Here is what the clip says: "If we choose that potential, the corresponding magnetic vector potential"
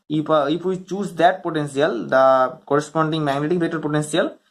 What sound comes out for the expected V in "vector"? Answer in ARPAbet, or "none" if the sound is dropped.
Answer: B